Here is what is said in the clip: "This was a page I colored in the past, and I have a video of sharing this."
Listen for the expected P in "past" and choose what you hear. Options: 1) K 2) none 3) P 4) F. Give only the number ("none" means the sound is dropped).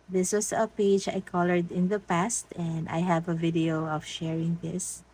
3